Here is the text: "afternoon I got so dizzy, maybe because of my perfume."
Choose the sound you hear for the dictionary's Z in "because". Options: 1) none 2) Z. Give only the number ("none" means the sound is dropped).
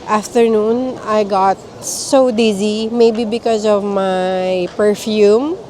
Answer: 2